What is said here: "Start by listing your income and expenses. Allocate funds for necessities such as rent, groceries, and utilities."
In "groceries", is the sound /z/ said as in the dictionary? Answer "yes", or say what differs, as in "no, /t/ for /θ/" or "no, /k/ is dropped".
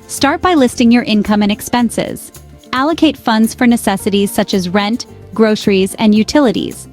yes